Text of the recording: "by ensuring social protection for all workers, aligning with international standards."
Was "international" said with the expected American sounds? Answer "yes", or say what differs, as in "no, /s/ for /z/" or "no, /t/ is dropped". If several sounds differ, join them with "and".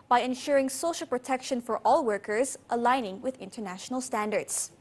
yes